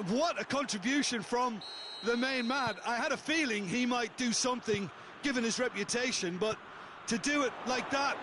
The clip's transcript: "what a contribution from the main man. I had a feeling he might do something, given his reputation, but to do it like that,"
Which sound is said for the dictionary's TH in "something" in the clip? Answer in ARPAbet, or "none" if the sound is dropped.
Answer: TH